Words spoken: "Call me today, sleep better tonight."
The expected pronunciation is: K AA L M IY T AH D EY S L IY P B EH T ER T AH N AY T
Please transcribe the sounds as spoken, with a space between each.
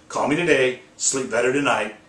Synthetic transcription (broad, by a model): K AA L M IY T AH D EY S L IY P B EH T ER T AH N AY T